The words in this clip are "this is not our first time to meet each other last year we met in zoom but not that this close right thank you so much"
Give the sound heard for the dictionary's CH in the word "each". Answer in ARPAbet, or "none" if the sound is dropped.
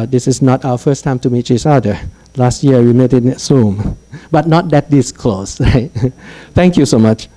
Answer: S